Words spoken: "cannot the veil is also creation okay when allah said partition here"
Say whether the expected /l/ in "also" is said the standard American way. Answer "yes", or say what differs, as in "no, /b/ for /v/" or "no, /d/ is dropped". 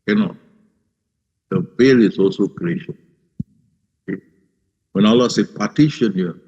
yes